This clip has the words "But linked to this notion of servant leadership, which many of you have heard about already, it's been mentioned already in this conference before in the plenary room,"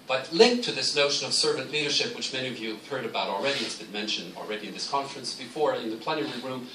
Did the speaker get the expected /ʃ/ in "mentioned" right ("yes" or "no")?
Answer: yes